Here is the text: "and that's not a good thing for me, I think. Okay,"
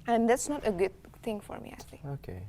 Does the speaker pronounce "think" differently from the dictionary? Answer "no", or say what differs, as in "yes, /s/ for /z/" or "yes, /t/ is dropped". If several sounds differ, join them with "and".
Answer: yes, /k/ is dropped